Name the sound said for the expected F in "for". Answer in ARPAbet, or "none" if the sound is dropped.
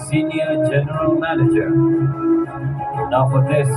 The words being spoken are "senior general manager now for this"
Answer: P